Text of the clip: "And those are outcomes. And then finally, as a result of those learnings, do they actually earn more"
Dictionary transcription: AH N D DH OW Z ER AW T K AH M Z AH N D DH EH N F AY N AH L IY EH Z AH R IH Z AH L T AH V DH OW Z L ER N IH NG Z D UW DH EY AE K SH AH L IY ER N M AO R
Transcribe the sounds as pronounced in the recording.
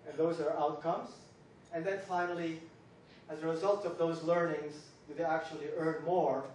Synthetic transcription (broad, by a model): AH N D DH OW Z ER AW T K AH M Z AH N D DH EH N F AY N AH L IY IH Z AH R IH Z AH L T AH V DH OW Z L ER N IH NG Z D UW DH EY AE K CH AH L IY ER N M AO R